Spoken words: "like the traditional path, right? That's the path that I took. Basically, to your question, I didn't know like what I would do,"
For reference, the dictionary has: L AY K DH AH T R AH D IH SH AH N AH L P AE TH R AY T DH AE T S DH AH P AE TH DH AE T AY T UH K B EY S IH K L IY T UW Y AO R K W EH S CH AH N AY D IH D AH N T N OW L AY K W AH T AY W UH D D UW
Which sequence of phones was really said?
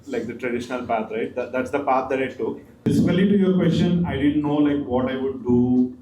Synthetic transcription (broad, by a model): L AY K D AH T R AH D IH SH AH N AH L P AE T R AY T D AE T S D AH P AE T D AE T AY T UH K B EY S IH L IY T UW Y AO R K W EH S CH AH N AY D IH D AH N T N OW L AY K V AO T AY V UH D D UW